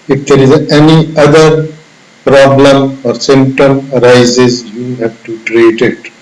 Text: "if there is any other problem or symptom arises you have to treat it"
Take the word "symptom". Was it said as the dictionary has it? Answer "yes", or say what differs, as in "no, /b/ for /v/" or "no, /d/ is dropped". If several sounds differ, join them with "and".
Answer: no, /p/ is dropped